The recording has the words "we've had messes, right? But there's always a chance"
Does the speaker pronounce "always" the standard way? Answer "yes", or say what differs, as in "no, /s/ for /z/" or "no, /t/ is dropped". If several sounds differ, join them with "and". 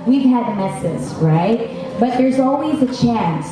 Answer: yes